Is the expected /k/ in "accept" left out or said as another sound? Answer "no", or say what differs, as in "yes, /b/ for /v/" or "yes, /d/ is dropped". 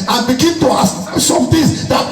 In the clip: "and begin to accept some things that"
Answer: yes, /k/ is dropped